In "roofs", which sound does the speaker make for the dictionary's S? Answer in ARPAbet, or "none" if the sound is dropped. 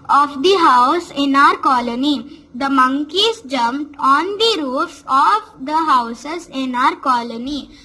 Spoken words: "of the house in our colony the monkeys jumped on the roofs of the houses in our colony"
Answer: none